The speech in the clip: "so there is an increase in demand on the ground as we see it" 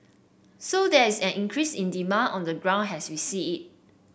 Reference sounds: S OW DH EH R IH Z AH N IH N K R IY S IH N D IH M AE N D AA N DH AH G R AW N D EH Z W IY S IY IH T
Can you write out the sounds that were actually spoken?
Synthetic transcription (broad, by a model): S OW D EH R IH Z AH N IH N K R IY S IH N D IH M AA N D AA N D AH G R AW N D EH S W IY S IY IH T